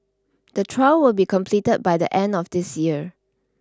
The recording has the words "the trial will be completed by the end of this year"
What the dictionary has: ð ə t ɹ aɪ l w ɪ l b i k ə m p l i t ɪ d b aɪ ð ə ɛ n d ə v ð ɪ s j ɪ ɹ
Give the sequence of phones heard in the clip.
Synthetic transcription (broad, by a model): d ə t ɹ aɪ l w ɪ l b i k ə m p l i t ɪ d b aɪ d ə ɛ n d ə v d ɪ s j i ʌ